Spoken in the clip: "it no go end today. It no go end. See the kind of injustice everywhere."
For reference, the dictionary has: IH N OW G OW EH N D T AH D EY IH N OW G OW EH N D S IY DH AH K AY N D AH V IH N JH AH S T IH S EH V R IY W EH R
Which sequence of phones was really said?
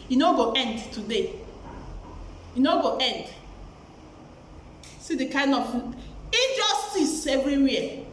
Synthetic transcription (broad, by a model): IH N OW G OW EH N D T AH D EY IH N OW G OW EH N D S IY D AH K AY N D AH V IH JH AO S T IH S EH V R IY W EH